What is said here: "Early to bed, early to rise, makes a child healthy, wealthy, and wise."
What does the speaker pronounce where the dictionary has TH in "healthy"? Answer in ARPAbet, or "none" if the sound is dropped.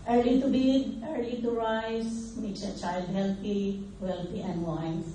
T